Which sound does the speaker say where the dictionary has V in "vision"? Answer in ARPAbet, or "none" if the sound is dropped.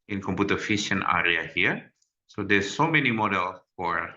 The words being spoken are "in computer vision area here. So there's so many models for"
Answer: F